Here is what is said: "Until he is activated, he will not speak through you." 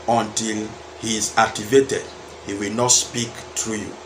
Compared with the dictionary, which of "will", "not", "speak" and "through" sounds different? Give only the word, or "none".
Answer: through